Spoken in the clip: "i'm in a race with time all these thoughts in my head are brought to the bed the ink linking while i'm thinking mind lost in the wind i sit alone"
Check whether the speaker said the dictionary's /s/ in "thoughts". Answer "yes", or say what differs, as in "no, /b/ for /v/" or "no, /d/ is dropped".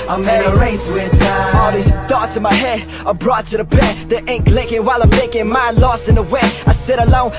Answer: no, /s/ is dropped